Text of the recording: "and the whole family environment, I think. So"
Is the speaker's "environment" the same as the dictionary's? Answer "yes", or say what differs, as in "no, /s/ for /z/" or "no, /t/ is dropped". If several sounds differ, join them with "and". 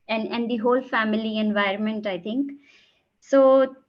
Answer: yes